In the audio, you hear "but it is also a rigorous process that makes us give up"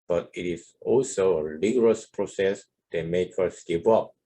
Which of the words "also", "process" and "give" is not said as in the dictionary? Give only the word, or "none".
give